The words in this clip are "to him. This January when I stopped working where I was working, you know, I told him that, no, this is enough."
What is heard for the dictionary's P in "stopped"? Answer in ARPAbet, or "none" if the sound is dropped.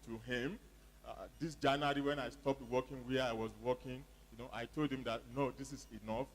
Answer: P